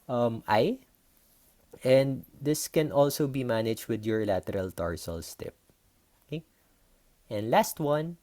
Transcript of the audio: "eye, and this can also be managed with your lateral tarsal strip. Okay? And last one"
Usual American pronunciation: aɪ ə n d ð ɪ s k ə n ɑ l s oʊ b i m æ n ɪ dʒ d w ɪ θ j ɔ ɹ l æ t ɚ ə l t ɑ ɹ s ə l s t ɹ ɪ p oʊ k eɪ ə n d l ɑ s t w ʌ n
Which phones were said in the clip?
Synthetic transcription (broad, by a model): aɪ ə n d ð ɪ s k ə n ɑ l s oʊ b i m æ n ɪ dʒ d w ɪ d j ɔ ɹ l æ t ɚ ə l t ɑ ɹ s ə l s t ɪ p oʊ k eɪ ə n d l ɑ s t w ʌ n